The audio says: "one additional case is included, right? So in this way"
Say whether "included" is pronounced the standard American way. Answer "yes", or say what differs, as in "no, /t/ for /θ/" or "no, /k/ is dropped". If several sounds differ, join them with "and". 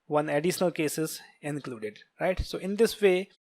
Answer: yes